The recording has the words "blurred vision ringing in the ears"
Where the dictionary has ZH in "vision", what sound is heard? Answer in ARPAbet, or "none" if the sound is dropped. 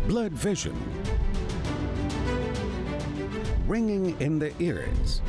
ZH